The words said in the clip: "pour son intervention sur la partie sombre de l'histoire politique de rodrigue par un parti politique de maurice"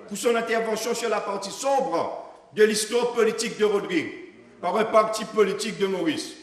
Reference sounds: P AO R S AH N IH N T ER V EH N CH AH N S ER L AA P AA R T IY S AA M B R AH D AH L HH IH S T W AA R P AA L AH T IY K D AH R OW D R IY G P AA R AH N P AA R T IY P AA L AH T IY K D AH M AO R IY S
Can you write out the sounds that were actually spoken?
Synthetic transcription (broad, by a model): P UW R S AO N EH T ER V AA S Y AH S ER L AA P AA R T IY S AA B R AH D AH L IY S T W AA R P AA L AH T IY K D AH R OW D R IY G P AA R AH P AA R T IY P AA L AH T IY K D AH M AO R IY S